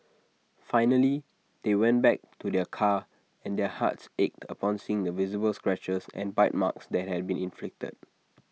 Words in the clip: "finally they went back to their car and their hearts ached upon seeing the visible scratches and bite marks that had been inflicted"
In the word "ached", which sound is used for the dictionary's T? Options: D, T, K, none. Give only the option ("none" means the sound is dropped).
T